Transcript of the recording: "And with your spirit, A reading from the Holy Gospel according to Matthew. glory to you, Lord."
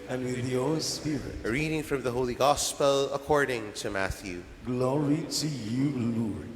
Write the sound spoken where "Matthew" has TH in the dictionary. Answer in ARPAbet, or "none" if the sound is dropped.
TH